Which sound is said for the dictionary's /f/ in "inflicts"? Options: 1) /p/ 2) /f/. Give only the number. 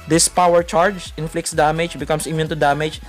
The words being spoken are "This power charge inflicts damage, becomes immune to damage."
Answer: 2